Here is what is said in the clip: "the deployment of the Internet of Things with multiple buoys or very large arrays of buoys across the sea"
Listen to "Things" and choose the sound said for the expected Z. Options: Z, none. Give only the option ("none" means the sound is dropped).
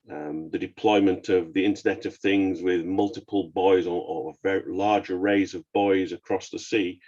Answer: Z